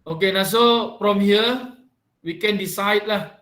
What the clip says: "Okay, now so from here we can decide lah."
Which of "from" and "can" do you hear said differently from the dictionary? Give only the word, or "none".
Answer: from